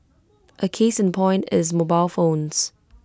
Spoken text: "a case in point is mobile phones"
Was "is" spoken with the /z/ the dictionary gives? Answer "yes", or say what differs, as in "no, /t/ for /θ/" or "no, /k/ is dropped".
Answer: yes